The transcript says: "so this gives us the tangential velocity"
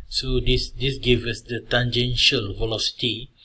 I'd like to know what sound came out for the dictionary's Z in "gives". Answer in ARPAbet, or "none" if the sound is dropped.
none